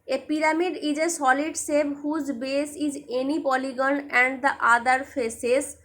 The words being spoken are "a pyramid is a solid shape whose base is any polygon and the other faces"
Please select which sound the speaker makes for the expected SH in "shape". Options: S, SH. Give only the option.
S